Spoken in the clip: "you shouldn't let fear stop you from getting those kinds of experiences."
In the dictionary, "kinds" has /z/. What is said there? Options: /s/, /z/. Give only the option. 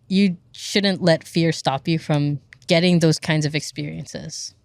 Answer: /z/